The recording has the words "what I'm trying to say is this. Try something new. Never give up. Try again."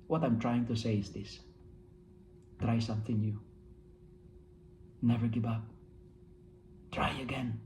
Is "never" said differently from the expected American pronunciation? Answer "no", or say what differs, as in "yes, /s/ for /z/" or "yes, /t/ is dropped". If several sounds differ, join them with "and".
no